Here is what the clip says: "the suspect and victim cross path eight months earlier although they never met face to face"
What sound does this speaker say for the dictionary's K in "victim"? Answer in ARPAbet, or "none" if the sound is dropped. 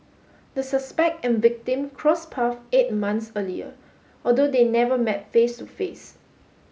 K